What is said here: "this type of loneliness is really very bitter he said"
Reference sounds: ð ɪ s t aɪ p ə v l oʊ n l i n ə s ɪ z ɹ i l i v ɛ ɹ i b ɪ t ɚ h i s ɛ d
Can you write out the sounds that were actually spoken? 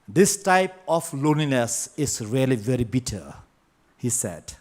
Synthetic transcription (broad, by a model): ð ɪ s t aɪ p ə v l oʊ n i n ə s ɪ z ɹ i l i v ɛ ɹ i b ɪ t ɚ h i s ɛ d